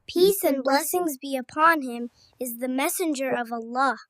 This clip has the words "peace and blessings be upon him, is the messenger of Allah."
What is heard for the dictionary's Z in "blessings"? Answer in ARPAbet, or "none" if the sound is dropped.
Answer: Z